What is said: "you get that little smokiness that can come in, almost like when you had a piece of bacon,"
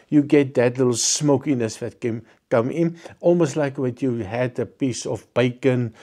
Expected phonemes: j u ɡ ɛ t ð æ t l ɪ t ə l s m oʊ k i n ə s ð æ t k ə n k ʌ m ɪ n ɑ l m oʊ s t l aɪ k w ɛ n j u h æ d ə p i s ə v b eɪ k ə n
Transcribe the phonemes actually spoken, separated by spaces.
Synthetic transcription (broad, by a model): j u ɡ ɛ t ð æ t l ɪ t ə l s m oʊ k i n ə s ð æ t k ə n k ʌ m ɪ n ɑ l m oʊ s t l aɪ k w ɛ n j u h æ d ə p i s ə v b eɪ k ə n